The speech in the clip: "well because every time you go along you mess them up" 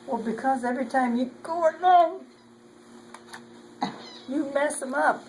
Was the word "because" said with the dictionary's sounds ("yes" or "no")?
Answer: yes